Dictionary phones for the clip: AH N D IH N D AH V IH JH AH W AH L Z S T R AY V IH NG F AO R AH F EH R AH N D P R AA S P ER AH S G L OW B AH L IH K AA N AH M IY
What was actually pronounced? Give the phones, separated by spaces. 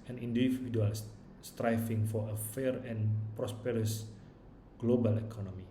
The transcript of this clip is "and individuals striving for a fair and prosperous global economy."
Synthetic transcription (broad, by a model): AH N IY N D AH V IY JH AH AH L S S T R AY F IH NG F AO R AH F EH R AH N P R AA S P ER AH S G L OW B AH L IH K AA N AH M IY